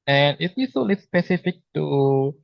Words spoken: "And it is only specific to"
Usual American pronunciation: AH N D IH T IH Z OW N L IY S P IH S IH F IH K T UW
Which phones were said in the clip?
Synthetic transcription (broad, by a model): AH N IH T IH S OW L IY S P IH S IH F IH K T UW